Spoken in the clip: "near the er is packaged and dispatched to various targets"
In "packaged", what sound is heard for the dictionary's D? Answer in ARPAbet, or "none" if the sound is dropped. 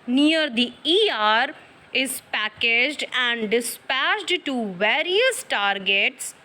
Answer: D